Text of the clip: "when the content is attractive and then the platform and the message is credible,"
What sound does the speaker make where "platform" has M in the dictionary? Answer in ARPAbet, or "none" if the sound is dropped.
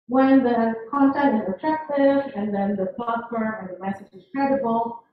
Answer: none